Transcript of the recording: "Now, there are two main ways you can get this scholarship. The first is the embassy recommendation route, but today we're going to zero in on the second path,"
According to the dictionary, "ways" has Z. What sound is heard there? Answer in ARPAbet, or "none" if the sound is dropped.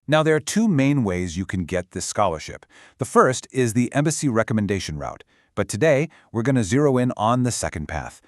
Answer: Z